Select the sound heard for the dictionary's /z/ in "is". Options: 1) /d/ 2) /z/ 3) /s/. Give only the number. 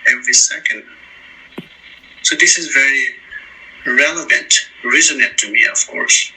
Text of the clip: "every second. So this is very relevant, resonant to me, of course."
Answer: 2